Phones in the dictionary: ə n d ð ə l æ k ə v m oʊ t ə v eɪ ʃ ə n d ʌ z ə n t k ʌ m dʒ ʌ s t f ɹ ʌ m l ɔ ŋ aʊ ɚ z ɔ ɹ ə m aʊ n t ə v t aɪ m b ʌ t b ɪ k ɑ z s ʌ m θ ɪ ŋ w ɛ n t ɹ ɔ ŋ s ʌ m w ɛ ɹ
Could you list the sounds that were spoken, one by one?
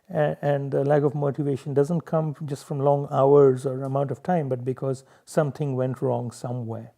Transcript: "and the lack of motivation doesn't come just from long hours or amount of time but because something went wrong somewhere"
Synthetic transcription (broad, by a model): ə n d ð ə l æ k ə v m oʊ t ə v eɪ ʃ ə n d ʌ z ə n t k ʌ m dʒ ʌ s t f ɹ ʌ m l ɔ ŋ aʊ ɚ z ɔ ɹ ə m aʊ n t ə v t aɪ m b ʌ t b ɪ k ɑ z s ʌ m t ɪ ŋ w ɛ n t ɹ ɔ ŋ s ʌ m w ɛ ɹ